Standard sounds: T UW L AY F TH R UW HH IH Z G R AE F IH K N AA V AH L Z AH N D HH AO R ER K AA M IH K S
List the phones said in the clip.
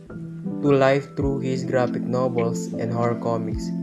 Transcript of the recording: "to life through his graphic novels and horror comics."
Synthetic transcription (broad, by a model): T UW L AY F T R UW HH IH S G R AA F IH K N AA B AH L S AH N D HH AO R K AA M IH K S